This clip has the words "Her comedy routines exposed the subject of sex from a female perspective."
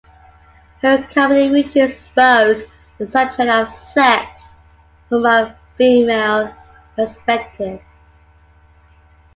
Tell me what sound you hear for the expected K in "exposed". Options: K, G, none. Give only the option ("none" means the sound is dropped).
none